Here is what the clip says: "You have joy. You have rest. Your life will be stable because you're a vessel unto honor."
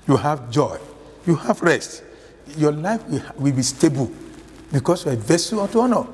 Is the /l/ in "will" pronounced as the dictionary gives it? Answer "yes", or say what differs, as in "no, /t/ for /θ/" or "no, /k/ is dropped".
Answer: no, /w/ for /l/